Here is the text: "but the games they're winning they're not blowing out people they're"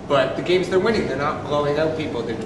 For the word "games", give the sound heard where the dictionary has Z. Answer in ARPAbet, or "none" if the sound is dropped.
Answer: Z